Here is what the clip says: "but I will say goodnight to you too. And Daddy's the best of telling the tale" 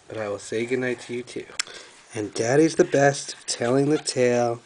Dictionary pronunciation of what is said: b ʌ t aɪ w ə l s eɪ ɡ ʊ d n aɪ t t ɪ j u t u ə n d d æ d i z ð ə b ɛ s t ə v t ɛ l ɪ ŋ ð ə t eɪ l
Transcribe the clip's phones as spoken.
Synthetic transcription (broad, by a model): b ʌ t aɪ w ə l s eɪ ɡ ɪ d n aɪ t t ɪ j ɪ t u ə n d d æ d i z ð ə b ɛ s t ə v t ɛ l ɪ ŋ ð ə t eɪ l